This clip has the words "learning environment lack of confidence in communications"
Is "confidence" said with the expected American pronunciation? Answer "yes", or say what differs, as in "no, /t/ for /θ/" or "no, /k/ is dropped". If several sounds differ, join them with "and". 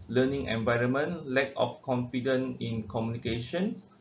no, /s/ is dropped